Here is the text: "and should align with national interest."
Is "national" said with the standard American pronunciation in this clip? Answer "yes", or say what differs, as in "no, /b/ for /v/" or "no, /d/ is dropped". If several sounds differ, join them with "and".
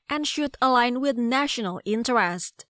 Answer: yes